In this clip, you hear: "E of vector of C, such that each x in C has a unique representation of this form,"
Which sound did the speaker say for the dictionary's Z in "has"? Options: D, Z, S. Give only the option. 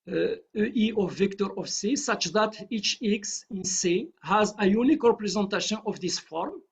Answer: Z